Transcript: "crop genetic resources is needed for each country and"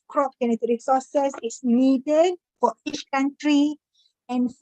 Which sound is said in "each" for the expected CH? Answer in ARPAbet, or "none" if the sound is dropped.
CH